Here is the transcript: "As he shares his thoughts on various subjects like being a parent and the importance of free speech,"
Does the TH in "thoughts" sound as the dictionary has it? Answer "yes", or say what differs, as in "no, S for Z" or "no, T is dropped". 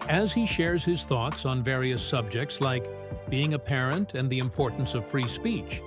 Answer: yes